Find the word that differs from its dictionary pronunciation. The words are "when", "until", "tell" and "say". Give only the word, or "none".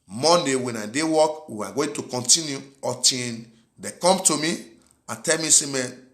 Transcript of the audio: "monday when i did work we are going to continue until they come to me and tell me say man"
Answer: until